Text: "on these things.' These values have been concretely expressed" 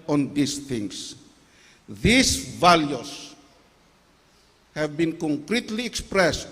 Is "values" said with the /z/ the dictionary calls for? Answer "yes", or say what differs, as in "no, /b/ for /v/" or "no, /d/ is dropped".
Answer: no, /s/ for /z/